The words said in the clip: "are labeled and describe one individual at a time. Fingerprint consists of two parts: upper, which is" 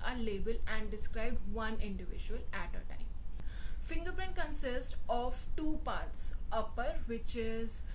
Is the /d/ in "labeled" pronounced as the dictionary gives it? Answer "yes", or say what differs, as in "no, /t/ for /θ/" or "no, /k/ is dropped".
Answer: no, /d/ is dropped